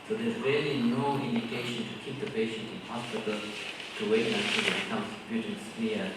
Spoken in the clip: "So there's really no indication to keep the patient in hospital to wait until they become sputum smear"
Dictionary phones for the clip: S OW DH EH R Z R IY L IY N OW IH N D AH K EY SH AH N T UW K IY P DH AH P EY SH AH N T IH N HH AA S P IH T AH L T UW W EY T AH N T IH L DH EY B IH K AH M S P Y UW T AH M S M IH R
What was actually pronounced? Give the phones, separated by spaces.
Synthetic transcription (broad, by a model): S OW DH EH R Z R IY L IY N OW IH N D AH K EY SH AH N T UW K IY P DH AH P EY SH AH N T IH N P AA S IH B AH L T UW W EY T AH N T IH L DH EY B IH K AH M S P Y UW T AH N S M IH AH